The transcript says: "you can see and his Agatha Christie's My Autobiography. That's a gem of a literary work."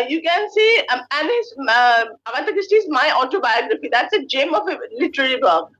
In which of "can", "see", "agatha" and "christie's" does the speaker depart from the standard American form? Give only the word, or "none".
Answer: agatha